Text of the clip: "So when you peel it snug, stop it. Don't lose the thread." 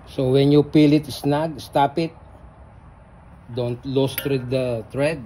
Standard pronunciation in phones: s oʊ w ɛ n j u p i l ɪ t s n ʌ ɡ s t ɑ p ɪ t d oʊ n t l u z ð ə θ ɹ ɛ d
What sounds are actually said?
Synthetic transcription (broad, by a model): s oʊ w ɛ n j u p i l ɪ t s n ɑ ɡ s t ɑ p ɪ t d oʊ n t l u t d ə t ɹ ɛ d